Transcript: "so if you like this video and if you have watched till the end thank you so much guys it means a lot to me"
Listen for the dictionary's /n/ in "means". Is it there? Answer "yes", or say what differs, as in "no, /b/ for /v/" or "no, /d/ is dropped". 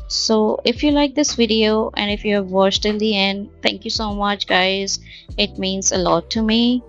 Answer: yes